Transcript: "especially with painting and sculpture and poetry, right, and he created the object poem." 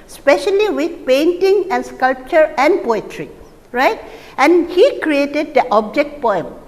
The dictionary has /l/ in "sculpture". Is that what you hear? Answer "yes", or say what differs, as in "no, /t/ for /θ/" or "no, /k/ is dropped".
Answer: yes